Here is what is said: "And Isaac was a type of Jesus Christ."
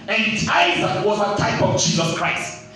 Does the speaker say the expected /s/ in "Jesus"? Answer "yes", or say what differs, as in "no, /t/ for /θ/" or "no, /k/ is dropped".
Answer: yes